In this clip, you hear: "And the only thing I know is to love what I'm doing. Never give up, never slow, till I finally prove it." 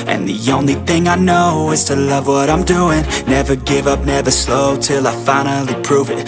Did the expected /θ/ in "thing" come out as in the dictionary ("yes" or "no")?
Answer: yes